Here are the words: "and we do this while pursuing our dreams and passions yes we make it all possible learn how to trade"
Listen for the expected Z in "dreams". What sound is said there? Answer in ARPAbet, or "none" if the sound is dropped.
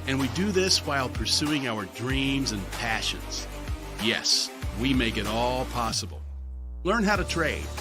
Z